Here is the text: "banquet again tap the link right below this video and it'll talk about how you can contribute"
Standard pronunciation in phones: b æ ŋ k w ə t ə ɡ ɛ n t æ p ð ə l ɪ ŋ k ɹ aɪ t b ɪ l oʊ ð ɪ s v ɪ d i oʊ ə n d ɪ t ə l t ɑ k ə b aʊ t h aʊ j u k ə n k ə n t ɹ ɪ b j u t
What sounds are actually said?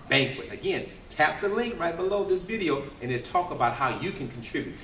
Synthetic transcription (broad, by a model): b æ ŋ k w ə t ə ɡ ɛ n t æ p ð ə l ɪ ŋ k ɹ aɪ t b ɪ l oʊ ð ɪ s v ɪ d i oʊ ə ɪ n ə t ɑ k ə b aʊ t h aʊ j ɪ k ə n k n t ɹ ɪ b j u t